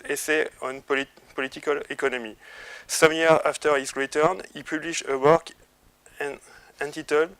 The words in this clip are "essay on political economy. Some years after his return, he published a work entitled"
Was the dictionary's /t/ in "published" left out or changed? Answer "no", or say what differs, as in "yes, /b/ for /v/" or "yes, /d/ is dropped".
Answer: yes, /t/ is dropped